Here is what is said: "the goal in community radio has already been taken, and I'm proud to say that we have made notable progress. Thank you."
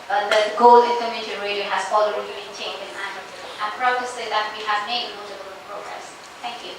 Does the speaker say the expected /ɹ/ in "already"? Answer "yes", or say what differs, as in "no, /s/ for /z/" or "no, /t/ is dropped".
no, /l/ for /ɹ/